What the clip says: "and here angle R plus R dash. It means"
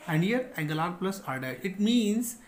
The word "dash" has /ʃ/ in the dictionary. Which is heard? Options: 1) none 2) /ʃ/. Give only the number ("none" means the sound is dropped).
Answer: 1